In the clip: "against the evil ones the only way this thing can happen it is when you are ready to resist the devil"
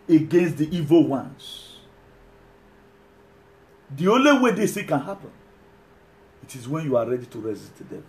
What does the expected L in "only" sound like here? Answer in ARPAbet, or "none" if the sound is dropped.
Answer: L